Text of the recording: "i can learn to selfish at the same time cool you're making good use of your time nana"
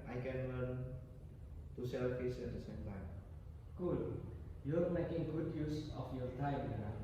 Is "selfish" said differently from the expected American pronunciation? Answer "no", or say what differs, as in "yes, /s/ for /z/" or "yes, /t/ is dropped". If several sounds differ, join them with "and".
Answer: yes, /s/ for /ʃ/